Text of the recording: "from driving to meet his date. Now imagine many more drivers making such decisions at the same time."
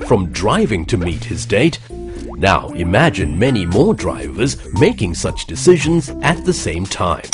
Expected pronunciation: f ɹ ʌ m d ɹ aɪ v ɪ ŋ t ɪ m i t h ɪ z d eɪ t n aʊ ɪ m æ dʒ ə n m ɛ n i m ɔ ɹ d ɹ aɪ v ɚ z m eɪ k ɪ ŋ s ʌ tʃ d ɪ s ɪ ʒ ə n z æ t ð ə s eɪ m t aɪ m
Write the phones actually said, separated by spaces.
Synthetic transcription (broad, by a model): f ɹ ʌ m d ɹ aɪ v ɪ ŋ t ɪ m i t h ɪ z d eɪ t n aʊ ɪ m æ dʒ ə n m ɛ n i m ɔ ɹ d ɹ aɪ v ɚ z m eɪ k ɪ ŋ s ʌ tʃ d ɪ s ɪ ʒ ə n z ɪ t ð ə s eɪ m t aɪ m